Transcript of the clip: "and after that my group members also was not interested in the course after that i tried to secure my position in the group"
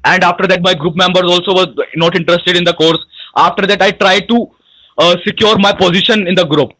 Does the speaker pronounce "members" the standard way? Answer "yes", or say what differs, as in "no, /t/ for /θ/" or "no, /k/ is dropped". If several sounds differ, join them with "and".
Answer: yes